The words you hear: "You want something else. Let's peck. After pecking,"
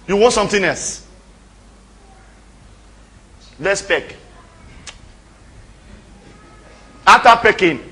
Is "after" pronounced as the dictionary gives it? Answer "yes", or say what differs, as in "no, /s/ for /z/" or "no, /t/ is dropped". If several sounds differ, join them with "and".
no, /f/ is dropped